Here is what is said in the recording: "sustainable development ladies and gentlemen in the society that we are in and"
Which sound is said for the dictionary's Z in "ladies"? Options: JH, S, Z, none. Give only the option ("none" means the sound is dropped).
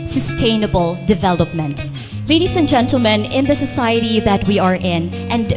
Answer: S